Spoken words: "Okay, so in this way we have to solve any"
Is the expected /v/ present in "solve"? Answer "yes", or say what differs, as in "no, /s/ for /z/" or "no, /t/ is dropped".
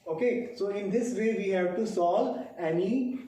no, /v/ is dropped